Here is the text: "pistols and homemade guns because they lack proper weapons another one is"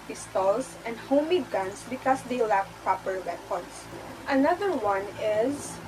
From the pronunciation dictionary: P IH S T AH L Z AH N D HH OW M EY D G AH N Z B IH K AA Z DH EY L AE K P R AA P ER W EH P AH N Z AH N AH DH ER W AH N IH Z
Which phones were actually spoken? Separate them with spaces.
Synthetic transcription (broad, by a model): P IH S T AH L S AH N D HH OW M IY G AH N S B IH K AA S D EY L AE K P R AA P ER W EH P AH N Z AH N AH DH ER W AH N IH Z